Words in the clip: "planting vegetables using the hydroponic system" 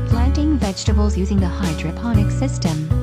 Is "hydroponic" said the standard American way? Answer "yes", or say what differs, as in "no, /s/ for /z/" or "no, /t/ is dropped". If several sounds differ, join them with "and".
yes